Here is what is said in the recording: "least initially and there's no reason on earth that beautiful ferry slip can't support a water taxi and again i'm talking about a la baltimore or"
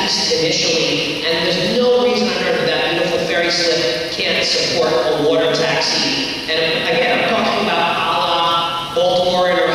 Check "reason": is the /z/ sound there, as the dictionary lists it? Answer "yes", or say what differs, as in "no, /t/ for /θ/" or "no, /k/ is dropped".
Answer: yes